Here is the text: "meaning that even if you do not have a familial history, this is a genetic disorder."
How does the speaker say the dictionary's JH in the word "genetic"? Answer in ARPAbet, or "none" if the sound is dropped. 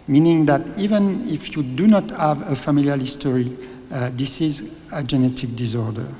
JH